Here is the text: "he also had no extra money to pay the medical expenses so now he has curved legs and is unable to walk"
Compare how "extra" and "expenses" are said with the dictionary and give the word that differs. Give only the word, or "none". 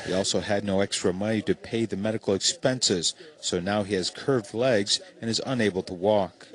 none